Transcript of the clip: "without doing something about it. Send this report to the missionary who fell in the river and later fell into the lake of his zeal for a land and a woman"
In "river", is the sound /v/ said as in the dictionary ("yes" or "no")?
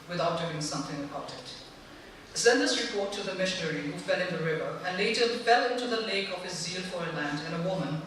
yes